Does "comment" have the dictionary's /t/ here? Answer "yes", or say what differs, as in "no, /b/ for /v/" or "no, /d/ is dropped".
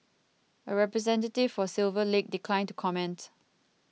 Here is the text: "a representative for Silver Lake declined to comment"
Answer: yes